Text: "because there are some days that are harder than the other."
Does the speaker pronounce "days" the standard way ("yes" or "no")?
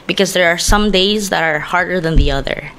yes